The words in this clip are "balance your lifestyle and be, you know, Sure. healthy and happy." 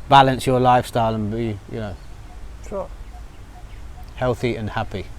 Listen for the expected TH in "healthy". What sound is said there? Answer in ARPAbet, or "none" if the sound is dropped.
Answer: TH